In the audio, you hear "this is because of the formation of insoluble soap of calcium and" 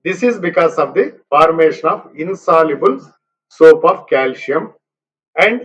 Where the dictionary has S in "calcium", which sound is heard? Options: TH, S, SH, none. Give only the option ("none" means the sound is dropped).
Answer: SH